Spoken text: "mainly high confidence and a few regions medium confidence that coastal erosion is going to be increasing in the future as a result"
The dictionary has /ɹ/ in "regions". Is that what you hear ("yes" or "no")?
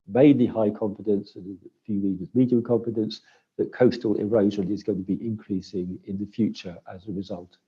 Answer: no